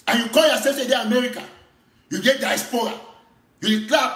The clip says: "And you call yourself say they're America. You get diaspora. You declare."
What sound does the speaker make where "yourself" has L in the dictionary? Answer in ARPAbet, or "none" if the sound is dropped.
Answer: none